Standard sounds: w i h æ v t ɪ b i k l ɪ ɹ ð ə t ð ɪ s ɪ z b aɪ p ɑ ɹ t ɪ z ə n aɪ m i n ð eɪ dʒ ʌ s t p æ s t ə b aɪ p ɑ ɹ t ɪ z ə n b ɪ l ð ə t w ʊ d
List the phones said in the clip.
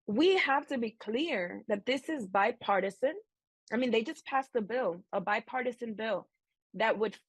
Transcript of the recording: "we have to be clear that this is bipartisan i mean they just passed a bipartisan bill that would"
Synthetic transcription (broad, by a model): w i h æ f t ɪ b i k l ɪ ɹ ð ə t ð ɪ s ɪ z b aɪ p ɑ ɹ t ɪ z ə n aɪ m i n ð eɪ dʒ ʌ s p æ s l ə b aɪ p ɑ ɹ t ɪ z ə n b ɪ l ð ə t w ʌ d